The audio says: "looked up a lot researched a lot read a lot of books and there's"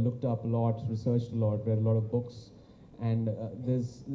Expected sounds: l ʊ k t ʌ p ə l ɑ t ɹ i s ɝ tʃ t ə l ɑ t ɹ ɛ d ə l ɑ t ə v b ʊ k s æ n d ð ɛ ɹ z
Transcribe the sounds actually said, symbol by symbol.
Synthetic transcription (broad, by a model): l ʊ k t ʌ p ə l ɑ t ɹ i s ɝ tʃ t ə l ɑ t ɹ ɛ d ə l ɑ t ə v b ʊ k s æ n d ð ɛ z